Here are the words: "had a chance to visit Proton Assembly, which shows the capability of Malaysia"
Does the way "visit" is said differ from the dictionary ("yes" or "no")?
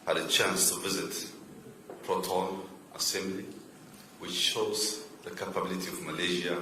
no